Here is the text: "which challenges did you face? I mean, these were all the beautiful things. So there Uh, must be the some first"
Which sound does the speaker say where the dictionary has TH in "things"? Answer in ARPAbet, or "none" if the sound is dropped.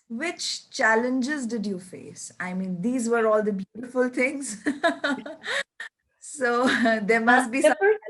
T